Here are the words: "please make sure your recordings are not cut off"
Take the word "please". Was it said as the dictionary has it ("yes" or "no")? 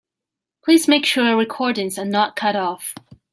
yes